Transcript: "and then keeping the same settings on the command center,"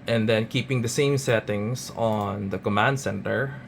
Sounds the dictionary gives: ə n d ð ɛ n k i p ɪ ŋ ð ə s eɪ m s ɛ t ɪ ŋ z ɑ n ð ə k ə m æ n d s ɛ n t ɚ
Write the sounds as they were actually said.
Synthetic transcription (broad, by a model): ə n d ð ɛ n k i p ɪ ŋ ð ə s eɪ m s ɛ t ɪ ŋ s ɑ n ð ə k ə m æ n d s ɛ n t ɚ